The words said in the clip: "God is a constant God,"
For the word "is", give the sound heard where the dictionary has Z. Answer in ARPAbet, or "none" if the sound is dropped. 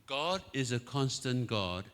Z